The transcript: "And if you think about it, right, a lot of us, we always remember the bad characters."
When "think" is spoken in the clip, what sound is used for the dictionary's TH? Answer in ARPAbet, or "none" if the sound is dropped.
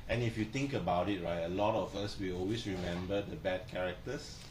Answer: T